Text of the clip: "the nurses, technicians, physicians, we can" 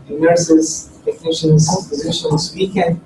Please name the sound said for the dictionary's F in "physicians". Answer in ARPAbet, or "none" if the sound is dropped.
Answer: P